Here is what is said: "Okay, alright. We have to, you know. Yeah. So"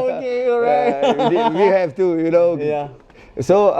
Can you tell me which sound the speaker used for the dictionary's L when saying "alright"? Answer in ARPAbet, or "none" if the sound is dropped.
none